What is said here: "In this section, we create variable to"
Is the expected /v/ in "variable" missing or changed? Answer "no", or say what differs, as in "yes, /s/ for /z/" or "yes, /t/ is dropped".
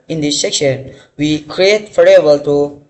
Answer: yes, /f/ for /v/